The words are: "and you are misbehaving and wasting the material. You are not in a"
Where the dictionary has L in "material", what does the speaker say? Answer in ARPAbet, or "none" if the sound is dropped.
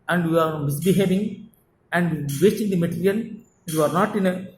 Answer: N